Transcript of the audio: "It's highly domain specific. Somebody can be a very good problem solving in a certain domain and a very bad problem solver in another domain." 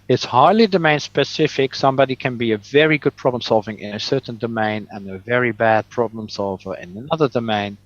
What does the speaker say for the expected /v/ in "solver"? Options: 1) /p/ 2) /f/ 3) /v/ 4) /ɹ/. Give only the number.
3